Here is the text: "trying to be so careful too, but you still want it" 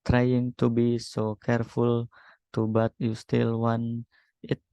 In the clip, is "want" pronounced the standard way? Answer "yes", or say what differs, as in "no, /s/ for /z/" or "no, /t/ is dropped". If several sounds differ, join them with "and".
no, /t/ is dropped